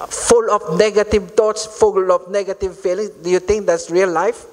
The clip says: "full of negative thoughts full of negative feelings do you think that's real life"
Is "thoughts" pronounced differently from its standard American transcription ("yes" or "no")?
yes